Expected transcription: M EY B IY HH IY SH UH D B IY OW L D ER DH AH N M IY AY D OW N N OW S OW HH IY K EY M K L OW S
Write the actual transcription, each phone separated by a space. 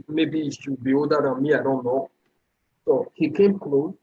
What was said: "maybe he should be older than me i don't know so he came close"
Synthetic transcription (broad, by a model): M EY B IY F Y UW B IY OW D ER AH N M IY AY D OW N N OW S OW HH IY K EY M K L OW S